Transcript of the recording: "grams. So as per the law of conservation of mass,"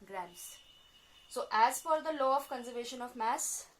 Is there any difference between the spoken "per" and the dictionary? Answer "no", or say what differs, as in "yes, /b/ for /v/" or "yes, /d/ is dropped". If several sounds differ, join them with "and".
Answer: yes, /f/ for /p/